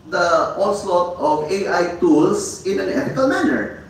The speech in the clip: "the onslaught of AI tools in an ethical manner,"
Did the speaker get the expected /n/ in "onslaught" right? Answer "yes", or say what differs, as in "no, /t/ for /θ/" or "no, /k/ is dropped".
no, /l/ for /n/